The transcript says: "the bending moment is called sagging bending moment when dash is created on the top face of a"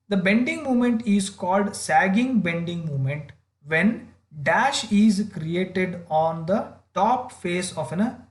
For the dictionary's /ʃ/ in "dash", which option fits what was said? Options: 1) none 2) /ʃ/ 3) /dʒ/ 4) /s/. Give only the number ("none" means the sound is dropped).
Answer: 2